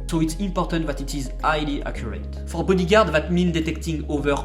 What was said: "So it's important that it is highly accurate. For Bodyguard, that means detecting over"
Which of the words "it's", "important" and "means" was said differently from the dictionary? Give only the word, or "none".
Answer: means